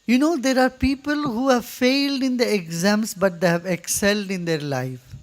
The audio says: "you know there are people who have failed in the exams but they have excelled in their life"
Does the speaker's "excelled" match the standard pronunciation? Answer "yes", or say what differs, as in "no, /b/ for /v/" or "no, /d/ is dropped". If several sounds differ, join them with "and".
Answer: yes